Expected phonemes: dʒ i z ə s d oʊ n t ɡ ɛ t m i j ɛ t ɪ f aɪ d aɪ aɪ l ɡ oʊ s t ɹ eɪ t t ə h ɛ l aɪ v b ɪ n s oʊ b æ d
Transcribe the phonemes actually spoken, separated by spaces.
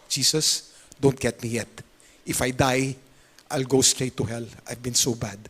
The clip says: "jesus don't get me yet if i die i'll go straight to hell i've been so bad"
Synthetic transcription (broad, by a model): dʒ i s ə s d oʊ n t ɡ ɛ t m i j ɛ t ɪ f aɪ d aɪ aɪ l ɡ oʊ s t ɹ eɪ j t ə h ɛ l aɪ v b ɪ n s oʊ b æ d